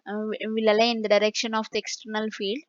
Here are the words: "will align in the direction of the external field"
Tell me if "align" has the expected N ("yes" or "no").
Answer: no